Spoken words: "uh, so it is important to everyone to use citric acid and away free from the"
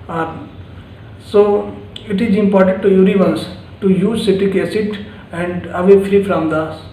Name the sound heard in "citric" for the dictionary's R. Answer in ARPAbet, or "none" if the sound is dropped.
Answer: none